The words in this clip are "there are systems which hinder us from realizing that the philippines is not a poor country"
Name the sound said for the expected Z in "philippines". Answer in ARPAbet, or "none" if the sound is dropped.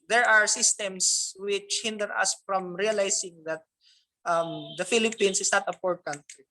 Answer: S